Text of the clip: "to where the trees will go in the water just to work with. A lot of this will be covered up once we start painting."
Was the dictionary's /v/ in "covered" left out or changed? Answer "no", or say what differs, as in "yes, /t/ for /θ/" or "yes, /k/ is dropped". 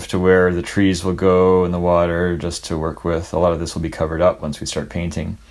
no